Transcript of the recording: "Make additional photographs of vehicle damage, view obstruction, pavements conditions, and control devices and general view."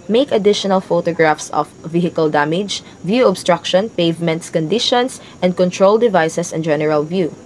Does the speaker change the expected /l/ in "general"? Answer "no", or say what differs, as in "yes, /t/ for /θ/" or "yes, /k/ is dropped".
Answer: no